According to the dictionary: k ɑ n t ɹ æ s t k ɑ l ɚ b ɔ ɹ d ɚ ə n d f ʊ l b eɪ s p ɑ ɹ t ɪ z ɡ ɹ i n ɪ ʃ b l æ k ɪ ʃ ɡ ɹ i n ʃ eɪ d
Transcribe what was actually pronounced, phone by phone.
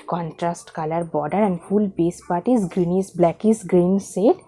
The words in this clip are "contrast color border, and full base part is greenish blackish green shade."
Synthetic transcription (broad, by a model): k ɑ n t ɹ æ s t k ɑ l ɚ b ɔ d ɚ ə n d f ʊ l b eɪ s p ɑ ɹ t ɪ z ɡ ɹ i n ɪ s b l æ k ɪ s ɡ ɹ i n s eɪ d